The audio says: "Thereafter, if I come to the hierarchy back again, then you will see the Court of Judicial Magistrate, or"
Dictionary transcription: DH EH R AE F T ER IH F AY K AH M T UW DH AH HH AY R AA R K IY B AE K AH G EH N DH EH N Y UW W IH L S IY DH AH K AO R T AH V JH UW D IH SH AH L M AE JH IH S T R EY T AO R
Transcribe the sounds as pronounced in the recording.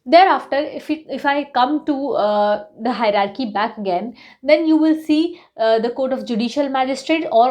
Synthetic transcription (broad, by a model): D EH R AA F T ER IH F AY K AH M T UW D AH HH AY R AA R K IY B AE K AH G EH N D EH N Y UW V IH L S IY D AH K AO R T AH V JH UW D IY SH AH L M AE JH IH S T R EY T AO R